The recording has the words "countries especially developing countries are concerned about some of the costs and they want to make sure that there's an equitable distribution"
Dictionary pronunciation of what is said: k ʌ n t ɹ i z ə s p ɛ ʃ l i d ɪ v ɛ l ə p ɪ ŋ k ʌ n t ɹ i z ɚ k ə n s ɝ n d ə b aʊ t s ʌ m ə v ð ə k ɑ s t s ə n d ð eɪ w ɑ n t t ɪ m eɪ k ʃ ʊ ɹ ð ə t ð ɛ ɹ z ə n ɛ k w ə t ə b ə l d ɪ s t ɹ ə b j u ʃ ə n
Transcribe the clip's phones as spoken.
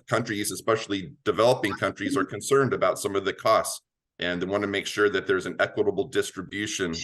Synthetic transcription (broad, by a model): k ʌ n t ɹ i z ə s p ɛ ʃ l i d ɪ v ɛ l ə p ɪ ŋ k ʌ n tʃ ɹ i z ɚ k ə n s ɝ n d ə b aʊ t s ʌ m ə v ð ə k ɑ s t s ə n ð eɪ w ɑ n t t ɪ m eɪ k ʃ ʊ ɹ ð ə t ð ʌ ɹ z ə n ɛ k w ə t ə b l d ɪ s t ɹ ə b j u ʃ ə n